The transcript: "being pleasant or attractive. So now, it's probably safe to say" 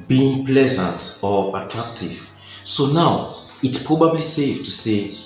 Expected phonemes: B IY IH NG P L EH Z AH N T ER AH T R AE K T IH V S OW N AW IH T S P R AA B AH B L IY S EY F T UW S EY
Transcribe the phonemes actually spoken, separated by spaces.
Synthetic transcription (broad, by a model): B IY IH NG P L EH Z AH N T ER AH T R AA K T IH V S OW N AW IH T S P R AA B AH B L IY S EY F T UW S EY